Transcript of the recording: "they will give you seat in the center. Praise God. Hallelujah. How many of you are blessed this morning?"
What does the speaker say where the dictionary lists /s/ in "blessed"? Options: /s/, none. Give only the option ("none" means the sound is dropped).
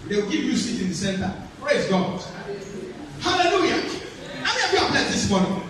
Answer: none